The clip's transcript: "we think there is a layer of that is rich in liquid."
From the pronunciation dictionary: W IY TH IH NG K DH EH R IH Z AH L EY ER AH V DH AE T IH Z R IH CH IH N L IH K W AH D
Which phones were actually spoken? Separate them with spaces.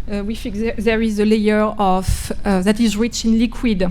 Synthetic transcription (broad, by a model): W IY F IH K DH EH R IH Z AH L EY ER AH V DH AE T IH Z R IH CH IH N L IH K W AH D